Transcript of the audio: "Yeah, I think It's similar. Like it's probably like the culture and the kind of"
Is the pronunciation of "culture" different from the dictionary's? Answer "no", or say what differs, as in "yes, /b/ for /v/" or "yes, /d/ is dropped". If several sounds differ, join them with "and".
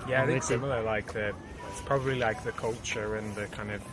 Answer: no